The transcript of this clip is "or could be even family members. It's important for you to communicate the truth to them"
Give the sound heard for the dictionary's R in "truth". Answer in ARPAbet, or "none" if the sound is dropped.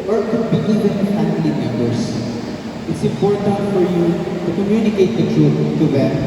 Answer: none